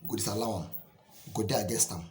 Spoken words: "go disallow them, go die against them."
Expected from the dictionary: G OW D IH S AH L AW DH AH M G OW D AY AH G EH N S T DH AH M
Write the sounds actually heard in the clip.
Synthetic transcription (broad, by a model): G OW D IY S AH L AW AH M G OW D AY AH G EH S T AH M